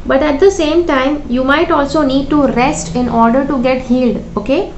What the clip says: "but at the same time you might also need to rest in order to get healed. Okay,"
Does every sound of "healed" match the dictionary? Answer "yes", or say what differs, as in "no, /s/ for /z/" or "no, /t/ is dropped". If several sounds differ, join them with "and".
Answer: yes